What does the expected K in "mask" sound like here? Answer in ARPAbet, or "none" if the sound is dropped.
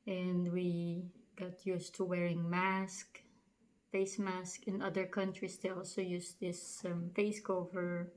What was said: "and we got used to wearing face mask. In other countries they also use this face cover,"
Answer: K